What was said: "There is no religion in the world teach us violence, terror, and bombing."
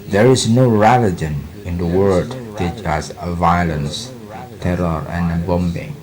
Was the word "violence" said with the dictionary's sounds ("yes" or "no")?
yes